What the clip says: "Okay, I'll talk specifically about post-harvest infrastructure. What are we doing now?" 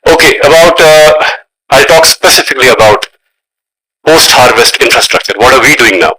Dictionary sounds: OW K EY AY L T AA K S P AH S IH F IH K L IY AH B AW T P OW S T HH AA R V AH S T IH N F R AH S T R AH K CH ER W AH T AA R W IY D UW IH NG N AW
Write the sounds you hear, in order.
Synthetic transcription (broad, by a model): OW K EY AY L T AA K S P AH S IH F IH K L IY AH B AW T P OW S T HH AA R V AH S T IH N F R AH S T R AH K CH ER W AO T AA R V IY D UW IH NG N AW